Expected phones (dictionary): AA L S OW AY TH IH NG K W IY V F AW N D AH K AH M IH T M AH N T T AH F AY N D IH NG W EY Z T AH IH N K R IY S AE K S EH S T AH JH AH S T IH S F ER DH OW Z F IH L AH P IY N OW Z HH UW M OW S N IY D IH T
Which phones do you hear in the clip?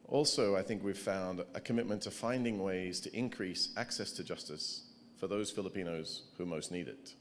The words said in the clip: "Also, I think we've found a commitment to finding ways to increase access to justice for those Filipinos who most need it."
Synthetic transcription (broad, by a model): AA L S OW AY TH IH NG K W IY V F AW N D AH K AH M IH T M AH N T T AH F AY N D IH NG W EY Z T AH IH N K R IY S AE K S EH S T AH JH AH S T IH S F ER DH OW Z F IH L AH P IY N OW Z HH UW M OW S N IY D IH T